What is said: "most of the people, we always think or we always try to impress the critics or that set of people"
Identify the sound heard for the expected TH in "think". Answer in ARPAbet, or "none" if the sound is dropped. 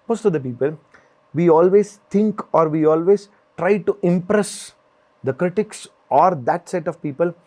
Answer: T